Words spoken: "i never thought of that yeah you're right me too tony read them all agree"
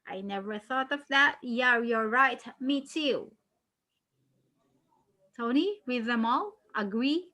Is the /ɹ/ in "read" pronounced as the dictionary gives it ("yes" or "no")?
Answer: no